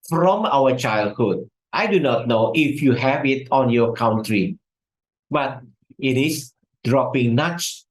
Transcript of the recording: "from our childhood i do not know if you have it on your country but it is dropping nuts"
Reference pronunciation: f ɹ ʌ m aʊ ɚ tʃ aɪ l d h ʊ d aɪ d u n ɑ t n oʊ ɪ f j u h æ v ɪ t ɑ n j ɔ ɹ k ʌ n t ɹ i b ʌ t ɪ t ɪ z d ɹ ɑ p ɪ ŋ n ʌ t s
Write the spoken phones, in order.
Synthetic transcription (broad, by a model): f ɹ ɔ m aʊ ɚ tʃ aɪ l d h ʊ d aɪ d u n ɑ t n oʊ ɪ f j u h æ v ɪ t ɑ n j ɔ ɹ k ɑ n t ɹ i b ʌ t ɪ t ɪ s d ɹ ɑ p ɪ ŋ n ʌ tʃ